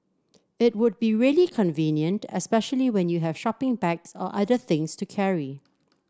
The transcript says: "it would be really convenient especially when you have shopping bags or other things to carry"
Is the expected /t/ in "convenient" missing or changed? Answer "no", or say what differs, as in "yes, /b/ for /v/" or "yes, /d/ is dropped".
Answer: no